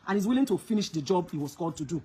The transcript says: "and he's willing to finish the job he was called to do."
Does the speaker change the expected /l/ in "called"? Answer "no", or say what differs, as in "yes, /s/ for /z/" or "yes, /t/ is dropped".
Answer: yes, /l/ is dropped